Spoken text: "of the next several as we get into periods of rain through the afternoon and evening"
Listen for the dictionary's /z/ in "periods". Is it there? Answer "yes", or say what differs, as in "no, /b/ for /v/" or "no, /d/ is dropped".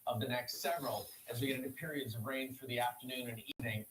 yes